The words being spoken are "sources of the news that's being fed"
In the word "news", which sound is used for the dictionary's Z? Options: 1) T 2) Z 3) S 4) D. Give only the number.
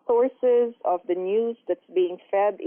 2